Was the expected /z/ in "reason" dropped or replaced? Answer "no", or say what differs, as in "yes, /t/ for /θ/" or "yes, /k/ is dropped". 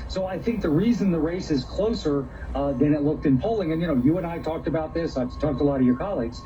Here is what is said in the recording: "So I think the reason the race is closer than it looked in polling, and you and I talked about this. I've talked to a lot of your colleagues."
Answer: no